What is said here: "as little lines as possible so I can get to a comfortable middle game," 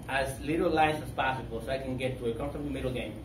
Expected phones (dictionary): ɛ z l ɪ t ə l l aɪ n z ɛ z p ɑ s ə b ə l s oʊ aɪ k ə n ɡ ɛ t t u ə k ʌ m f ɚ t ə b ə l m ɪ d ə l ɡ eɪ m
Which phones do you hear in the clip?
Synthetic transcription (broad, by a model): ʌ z l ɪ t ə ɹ l aɪ z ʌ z p ɑ s ə b ə l s oʊ aɪ k ə n ɡ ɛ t t u ə k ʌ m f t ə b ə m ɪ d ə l ɡ eɪ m